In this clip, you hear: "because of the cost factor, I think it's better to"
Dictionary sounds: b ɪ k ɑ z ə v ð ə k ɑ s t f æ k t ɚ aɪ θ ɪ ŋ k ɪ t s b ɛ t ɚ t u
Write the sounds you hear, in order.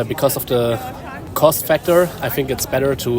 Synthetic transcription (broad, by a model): b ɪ k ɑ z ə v ð ə k ɑ s t f æ k t ɚ aɪ θ ɪ ŋ k ɪ t s b ɛ t ɚ t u